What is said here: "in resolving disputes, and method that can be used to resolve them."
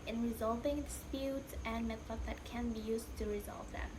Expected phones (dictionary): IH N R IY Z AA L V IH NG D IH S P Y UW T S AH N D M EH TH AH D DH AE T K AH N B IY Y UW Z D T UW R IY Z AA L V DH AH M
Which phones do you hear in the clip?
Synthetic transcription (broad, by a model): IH N R IY Z AA L V IH NG D IH S P Y UW T S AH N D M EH F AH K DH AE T K AH N B IY Y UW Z T UW R IY Z AA L V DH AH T